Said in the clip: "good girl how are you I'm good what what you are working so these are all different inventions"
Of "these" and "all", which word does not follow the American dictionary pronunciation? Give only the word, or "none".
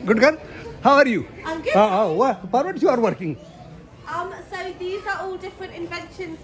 none